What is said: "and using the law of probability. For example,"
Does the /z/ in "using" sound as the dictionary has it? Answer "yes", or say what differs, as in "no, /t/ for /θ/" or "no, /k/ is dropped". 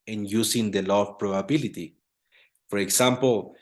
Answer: no, /s/ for /z/